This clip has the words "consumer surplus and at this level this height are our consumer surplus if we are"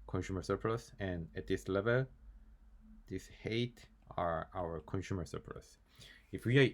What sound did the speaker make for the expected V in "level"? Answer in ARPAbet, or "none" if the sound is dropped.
V